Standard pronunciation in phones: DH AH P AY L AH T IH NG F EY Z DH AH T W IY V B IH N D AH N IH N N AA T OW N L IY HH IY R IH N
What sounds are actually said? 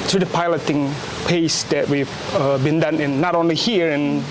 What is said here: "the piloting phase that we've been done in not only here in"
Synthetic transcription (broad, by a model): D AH P AY L AH T IH NG P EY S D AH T W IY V B IH N D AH N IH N N AA T OW N L IY HH IY R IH N